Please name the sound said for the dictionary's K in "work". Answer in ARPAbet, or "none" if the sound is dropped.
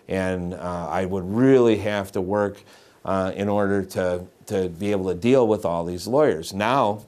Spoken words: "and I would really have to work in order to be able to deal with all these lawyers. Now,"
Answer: K